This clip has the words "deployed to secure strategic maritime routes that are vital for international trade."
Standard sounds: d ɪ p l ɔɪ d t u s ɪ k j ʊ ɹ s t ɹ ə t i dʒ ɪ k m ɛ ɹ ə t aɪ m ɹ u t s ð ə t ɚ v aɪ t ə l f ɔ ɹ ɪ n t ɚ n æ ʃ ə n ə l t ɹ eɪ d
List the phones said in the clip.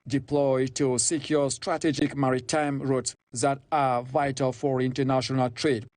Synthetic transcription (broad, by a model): d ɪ p l ɔɪ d t u s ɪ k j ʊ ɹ s t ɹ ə t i dʒ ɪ k m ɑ ɹ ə t aɪ m ɹ u t s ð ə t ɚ v aɪ t ə l f ɔ ɹ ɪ n t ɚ n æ ʃ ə n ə l t ɹ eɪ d